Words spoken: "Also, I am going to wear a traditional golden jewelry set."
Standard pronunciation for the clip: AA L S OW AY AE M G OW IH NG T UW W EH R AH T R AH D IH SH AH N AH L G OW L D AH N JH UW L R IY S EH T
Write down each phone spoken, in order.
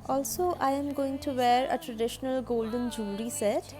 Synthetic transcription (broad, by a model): AA L S OW AY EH M G OW IH NG T UW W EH R AH T R AH D IH SH AH N AH L G OW L D AH N JH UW R IY S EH T